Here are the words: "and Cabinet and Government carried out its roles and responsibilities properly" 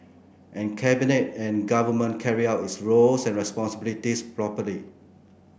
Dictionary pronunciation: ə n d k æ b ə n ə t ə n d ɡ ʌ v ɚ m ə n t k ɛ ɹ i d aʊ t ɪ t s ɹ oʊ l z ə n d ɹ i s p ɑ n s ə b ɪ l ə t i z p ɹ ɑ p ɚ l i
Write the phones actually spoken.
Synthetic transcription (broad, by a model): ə n k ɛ b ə n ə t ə n ɡ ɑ v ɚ m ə n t k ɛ ɹ i aʊ t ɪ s ɹ oʊ l s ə n ɹ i s p ɑ n s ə b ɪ l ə t i s p ɹ ɑ p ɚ l i